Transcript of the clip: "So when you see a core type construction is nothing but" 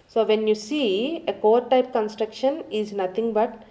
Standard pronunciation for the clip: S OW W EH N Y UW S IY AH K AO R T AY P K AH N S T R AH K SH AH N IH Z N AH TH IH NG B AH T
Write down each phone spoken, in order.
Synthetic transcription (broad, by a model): S OW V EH N Y UW S IY AH K AO R T AY P K AH N S T R AH K SH AH N IH Z N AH T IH NG B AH T